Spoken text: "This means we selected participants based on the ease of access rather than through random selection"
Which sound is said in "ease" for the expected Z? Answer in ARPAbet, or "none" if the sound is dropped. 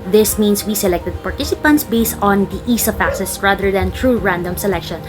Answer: S